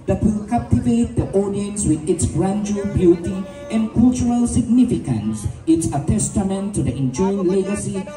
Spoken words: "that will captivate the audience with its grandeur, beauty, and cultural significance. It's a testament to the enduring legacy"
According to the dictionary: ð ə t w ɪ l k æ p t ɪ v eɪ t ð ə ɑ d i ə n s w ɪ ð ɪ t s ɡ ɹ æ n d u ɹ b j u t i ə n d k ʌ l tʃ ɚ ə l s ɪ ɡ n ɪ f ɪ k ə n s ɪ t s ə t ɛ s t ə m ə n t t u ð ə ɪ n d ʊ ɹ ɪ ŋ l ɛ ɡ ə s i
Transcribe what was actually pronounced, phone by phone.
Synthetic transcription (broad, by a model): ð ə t w ɪ l k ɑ p t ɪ v eɪ t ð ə ɑ d i ə n s w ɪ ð ɪ t s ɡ ɹ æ n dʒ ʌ l b j u t i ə n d k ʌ l tʃ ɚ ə l s ɪ ɡ n ɪ f ɪ k ə n s ɪ t s ə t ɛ s t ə m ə n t t u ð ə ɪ n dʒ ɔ ɪ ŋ l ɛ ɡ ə s i